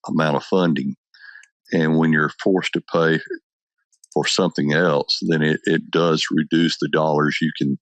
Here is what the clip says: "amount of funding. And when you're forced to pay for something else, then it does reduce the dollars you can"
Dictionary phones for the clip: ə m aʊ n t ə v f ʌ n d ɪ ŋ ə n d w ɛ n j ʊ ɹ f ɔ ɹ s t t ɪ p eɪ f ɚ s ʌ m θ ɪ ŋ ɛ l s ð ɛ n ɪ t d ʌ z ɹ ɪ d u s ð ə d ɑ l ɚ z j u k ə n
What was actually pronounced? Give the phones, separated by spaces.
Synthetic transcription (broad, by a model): ə m aʊ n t ə v f ʌ n d ɪ ŋ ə n w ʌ n j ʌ ɹ f ɔ ɹ s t t ɪ p eɪ f ɚ s ʌ m θ ɪ ŋ ɛ l s ð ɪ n ɪ t d ʌ z ɹ ɪ d u s ð ə d ɑ l ɚ z j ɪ k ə n